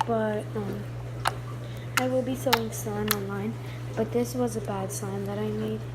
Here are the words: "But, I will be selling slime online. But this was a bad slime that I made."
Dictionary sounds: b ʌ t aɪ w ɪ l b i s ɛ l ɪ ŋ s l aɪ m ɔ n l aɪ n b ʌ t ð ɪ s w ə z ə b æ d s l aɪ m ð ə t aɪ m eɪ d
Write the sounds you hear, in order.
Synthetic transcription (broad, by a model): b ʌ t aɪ w ɪ l b i s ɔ ɪ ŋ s aɪ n ɔ n l aɪ n b ʌ t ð ɪ s w ə z ə b æ d s aɪ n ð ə t aɪ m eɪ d